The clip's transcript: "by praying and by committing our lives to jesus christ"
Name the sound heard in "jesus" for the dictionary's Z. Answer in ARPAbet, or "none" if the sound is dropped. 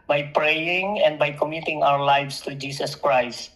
S